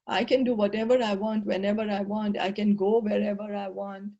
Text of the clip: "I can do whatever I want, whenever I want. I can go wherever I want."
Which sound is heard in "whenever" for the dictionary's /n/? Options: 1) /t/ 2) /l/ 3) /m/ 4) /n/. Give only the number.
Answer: 4